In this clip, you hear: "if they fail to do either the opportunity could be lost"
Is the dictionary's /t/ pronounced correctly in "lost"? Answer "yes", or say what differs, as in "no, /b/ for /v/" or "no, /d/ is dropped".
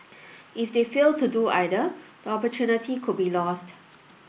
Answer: yes